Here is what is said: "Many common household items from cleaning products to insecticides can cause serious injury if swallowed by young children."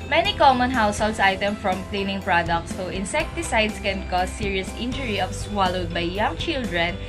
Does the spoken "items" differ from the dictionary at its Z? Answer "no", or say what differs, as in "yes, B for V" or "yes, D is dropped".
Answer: yes, Z is dropped